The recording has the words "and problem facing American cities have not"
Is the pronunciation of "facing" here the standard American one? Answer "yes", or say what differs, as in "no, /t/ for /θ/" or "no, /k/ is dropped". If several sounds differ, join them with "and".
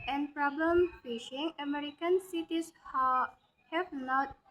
no, /ʃ/ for /s/